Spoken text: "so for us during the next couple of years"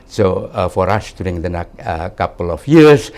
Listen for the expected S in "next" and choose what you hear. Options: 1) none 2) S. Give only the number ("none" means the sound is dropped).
1